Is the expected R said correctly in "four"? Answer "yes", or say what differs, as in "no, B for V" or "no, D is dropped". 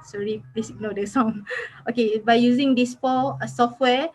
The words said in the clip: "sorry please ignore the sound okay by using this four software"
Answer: no, L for R